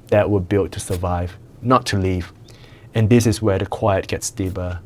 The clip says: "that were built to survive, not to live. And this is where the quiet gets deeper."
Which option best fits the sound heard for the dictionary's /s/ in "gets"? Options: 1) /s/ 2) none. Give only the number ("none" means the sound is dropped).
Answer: 1